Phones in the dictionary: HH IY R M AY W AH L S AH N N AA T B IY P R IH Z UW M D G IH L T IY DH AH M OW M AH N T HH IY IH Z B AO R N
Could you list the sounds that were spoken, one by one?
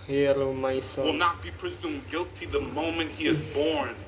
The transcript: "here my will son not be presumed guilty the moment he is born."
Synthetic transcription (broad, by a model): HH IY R M AY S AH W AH L N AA T B IY P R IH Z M G IH L T IY DH AH M OW M AH N T HH IY IH Z B AO R N